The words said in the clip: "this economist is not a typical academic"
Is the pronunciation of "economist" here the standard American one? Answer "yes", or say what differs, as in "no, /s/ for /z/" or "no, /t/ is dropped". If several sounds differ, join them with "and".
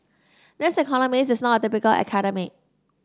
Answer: no, /t/ is dropped